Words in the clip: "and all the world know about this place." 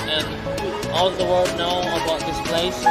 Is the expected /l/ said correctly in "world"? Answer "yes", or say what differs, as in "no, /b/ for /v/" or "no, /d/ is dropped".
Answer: no, /l/ is dropped